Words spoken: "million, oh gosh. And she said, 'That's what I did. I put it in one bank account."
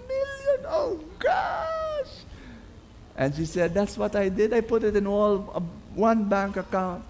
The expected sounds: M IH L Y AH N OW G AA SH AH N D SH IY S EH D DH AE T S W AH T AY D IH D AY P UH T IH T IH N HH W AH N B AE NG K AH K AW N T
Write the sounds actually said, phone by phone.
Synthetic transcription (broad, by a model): M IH L Y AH N OW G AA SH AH N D SH IY S EH D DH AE T S W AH T AY D IH D AY P UH T IH T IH N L W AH N B AE NG K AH K AW N T